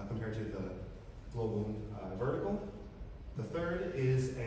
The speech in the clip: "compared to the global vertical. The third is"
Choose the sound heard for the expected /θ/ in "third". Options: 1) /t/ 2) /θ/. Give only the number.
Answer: 2